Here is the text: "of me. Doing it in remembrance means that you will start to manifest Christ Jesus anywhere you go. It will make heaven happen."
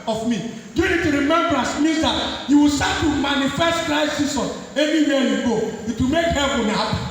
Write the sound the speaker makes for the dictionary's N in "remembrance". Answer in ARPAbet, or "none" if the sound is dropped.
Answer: none